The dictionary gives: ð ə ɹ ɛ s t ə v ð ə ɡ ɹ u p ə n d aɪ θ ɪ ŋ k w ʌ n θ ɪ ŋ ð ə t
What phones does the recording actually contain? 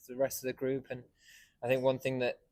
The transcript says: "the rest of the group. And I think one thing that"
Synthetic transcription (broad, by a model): ð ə ɹ ɛ s t ə v ð ə ɡ ɹ u p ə n aɪ θ ɪ ŋ k w ʌ n θ ɪ ŋ ð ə t